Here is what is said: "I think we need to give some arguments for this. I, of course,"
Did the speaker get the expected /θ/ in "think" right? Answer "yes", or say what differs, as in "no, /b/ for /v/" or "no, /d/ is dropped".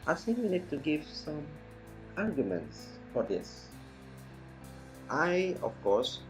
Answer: no, /s/ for /θ/